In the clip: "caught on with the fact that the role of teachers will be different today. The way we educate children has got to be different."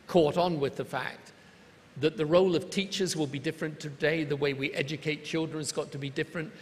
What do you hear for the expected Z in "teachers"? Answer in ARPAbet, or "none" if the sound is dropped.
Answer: Z